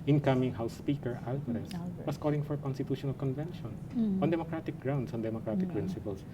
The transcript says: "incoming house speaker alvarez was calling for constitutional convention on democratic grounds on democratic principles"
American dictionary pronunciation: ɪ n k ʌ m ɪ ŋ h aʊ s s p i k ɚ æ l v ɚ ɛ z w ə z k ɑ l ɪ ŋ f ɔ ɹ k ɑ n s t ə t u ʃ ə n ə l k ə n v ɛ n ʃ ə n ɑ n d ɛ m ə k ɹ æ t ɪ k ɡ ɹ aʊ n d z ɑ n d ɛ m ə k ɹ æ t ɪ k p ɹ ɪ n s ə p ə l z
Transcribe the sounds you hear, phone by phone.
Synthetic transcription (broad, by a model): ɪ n k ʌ m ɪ ŋ h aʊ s s p i k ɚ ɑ l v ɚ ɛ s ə s k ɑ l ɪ ŋ f ɔ ɹ k ɑ n s t ə t u ʃ ə n ə l k ə n v ɛ n ʃ ə n ɑ n d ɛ m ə k ɹ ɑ t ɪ k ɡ ɹ aʊ n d s ɑ n d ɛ m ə k ɹ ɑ t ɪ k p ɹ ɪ n s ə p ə l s